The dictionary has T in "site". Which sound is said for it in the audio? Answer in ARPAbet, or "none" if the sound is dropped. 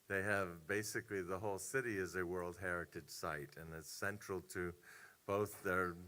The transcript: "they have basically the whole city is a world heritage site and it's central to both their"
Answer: T